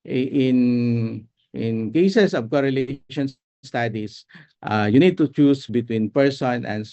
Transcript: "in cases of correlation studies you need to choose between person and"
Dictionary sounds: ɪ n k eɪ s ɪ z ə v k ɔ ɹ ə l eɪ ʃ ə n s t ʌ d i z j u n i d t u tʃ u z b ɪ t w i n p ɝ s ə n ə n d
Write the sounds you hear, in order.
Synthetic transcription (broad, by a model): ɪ n k eɪ s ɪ s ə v k ɔ ɹ ə l eɪ ʃ ə n s t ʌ d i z j u n i d t u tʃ u s b ɪ t w i n p ɝ s ə n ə n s